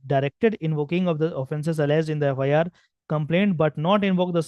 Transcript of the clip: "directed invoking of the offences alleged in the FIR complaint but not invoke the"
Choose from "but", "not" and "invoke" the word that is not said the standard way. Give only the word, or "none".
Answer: none